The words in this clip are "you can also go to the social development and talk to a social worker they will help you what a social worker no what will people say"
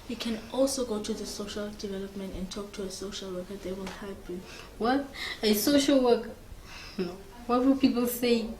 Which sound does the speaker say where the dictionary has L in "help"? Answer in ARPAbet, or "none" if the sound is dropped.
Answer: none